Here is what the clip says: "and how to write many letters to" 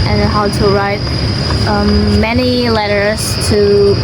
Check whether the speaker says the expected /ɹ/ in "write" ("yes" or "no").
yes